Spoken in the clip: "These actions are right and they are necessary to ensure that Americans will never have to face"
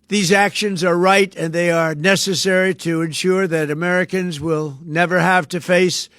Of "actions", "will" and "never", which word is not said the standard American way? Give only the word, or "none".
none